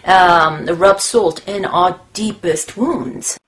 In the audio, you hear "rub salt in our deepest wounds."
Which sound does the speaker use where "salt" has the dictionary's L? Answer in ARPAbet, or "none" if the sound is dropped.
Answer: L